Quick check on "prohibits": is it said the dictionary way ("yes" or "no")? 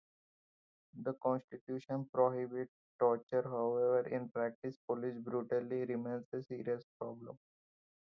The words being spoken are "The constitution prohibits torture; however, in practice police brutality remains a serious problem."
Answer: no